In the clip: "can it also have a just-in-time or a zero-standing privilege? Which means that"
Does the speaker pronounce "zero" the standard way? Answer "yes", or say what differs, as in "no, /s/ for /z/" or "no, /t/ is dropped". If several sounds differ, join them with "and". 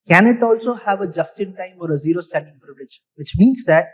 yes